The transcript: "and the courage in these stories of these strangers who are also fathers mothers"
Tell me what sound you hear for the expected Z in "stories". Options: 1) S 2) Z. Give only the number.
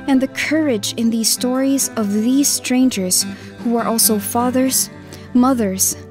2